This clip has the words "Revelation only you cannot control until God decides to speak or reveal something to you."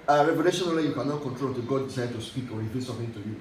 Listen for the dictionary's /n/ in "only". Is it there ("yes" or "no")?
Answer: no